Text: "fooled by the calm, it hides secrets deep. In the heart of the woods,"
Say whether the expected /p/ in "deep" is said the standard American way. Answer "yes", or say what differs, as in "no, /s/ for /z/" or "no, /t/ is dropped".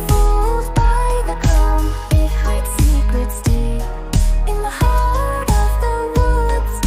no, /p/ is dropped